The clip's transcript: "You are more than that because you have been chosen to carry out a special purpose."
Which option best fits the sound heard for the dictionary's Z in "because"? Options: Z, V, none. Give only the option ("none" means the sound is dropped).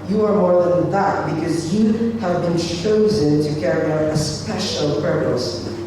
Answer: Z